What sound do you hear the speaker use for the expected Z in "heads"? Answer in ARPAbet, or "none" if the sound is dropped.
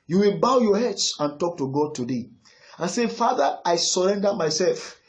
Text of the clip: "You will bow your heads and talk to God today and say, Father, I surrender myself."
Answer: S